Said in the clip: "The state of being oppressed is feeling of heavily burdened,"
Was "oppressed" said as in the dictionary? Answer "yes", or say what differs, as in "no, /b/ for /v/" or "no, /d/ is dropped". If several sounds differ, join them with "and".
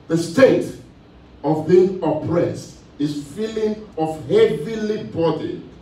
yes